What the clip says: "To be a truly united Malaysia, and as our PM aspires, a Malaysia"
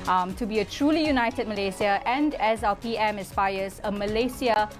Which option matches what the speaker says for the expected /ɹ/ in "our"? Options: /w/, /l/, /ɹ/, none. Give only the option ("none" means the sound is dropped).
/l/